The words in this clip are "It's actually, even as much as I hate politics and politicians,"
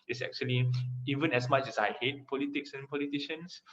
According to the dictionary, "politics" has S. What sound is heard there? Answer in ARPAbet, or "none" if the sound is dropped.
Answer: S